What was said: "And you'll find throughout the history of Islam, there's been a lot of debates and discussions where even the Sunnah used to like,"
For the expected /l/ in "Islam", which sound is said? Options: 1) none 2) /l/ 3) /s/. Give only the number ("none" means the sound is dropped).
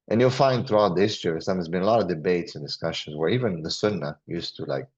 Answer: 1